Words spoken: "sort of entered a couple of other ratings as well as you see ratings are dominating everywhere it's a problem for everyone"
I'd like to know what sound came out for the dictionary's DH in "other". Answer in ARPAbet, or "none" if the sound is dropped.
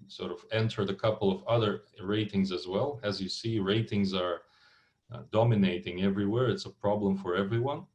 DH